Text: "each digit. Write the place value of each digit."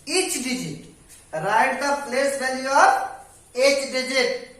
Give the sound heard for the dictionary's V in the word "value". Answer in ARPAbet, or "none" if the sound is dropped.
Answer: B